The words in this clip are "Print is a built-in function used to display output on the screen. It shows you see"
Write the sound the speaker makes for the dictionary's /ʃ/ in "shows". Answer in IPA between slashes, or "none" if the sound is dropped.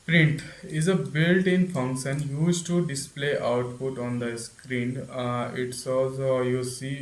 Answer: /s/